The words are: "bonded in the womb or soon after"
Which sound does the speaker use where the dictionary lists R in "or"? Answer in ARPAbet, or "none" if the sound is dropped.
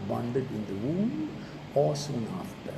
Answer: L